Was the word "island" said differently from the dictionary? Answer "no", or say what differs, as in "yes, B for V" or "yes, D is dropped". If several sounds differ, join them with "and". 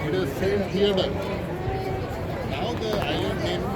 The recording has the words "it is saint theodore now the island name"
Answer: yes, L is dropped